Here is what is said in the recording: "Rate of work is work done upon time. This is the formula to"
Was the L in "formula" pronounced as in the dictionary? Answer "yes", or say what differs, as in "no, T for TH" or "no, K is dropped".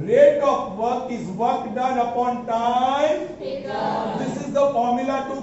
yes